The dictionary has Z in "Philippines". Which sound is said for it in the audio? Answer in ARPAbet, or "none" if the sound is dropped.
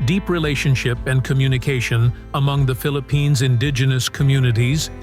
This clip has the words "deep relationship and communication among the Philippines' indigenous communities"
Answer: Z